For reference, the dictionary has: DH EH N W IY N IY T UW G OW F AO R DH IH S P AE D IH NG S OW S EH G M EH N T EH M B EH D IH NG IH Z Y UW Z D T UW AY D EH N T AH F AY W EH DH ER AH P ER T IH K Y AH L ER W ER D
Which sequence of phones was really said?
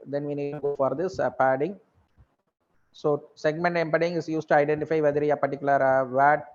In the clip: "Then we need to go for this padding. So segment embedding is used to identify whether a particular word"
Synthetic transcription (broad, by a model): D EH N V IY N IY T UW G OW F AO R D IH S P AE D IH NG S OW S EH G M EH N T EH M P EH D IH NG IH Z Y UW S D T UW AY D EH N T AH F AY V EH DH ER AH P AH T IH K Y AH L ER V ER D